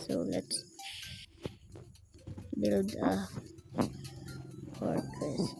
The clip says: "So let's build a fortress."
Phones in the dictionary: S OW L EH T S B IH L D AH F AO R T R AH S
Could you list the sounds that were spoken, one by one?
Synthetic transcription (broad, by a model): S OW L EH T B IH L D AH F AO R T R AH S